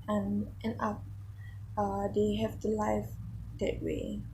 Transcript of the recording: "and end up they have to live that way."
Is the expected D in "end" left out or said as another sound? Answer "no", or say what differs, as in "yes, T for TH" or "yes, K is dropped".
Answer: yes, D is dropped